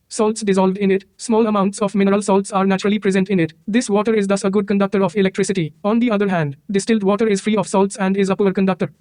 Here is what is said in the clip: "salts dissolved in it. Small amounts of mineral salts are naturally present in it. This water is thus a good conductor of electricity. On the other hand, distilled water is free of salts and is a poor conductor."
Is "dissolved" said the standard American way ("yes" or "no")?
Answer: yes